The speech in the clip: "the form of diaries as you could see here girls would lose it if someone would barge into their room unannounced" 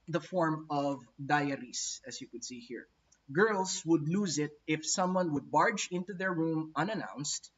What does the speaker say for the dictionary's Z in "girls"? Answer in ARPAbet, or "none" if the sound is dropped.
S